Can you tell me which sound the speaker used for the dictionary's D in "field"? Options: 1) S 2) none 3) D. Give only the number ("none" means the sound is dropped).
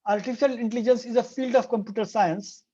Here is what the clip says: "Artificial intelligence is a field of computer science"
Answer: 3